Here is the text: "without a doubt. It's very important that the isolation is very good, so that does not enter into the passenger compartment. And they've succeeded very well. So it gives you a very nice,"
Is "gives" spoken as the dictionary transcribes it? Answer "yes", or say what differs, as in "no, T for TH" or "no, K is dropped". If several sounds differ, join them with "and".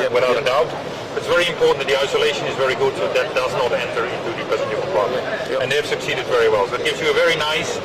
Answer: yes